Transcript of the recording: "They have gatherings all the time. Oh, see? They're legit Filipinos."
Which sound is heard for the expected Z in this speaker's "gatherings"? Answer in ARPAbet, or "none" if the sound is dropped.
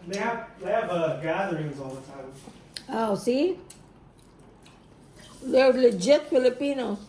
Z